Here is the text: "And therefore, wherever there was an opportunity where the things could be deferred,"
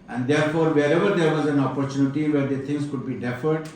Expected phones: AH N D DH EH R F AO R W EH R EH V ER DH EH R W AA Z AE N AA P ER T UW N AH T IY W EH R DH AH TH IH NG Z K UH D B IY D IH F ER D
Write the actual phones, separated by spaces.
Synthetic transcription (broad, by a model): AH N D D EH R F AO R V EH R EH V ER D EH R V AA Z AE N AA P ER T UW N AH T IY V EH R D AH T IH NG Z K UH D B IY D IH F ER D